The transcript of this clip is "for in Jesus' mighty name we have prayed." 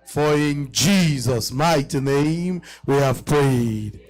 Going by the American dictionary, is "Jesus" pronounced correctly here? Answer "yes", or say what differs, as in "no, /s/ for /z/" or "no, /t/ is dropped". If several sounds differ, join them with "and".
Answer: yes